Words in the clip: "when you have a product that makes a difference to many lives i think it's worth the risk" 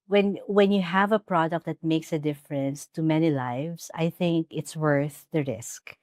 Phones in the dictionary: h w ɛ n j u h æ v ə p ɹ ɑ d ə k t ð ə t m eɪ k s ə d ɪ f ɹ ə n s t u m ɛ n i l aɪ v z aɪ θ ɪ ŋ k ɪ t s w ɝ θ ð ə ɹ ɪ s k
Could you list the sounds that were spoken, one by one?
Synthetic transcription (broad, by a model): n w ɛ n j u h æ v ə p ɹ ɑ d ə k t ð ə t m eɪ k s ə d ɪ f ɹ ə n s t u m ɛ n i l aɪ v s aɪ θ ɪ ŋ k ɪ t s w ɝ θ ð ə ɹ ɪ s k